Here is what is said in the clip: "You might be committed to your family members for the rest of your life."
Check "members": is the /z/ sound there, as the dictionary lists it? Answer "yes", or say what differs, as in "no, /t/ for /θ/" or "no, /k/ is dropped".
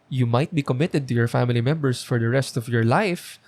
no, /s/ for /z/